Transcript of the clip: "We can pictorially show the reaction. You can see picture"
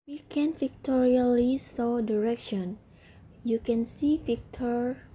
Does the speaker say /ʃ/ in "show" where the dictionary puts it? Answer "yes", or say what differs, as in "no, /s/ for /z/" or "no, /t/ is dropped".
no, /s/ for /ʃ/